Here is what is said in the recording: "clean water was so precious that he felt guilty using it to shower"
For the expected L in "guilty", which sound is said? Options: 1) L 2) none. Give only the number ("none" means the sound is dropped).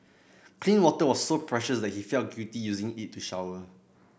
2